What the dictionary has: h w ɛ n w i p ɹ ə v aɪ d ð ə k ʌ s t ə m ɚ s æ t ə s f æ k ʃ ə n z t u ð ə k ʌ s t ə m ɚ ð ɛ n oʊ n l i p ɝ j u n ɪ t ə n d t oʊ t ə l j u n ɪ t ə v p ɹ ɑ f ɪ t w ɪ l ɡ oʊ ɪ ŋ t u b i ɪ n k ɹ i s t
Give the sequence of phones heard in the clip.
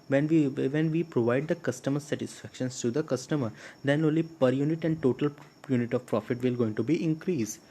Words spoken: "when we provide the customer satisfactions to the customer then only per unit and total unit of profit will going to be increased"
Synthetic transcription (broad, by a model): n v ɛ n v i p ɹ ə v aɪ d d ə k ʌ s t ə m ɚ s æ t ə s f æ k ʃ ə n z t u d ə k ʌ s t ə m ɚ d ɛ n oʊ n l i p ɝ j u n ɪ t ə n d t oʊ t ə l j u n ɪ t ə v p ɹ ɑ f ɪ t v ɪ l ɡ oʊ ɪ ŋ t u b i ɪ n k ɹ i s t